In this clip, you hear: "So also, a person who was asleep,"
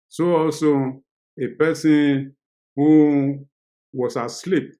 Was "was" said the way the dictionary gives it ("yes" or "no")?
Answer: no